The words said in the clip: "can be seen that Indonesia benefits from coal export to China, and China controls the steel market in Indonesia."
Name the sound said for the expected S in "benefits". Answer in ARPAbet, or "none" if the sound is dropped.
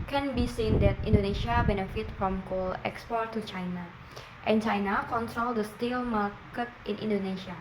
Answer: none